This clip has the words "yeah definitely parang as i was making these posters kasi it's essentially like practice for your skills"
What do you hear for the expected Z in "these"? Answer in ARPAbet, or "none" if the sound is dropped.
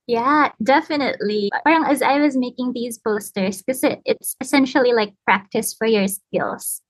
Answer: Z